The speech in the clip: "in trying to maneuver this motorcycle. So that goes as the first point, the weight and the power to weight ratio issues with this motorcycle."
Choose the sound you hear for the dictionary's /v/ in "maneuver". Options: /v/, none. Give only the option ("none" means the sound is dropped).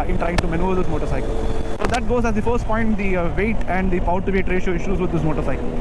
none